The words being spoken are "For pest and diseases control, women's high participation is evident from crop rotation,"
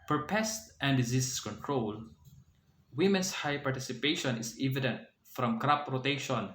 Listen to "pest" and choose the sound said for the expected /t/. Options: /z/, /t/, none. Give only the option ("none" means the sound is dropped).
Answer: /t/